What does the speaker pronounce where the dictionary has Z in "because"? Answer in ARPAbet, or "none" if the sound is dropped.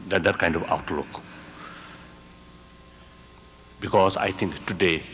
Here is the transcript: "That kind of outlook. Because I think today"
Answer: S